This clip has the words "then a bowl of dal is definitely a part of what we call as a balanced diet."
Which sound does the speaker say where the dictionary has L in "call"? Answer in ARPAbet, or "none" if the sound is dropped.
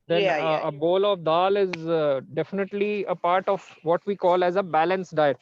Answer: L